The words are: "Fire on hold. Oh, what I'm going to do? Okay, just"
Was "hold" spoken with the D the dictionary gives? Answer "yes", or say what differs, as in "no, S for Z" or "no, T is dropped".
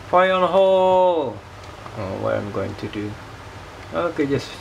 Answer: no, D is dropped